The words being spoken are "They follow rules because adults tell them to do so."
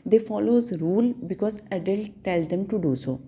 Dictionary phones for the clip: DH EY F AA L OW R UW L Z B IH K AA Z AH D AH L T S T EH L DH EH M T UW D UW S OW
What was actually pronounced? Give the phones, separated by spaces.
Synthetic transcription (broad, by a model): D EY F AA L OW R UW L B IH K AA Z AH D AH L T T EH L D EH M T UW D UW S OW